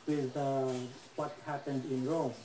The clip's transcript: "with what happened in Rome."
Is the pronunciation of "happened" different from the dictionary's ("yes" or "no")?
no